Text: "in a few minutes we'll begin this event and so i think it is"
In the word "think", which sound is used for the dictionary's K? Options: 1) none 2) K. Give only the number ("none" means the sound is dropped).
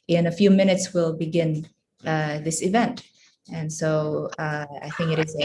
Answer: 2